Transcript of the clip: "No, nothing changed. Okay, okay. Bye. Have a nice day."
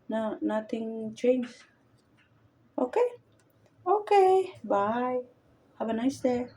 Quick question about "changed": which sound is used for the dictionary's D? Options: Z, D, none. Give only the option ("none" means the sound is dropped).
none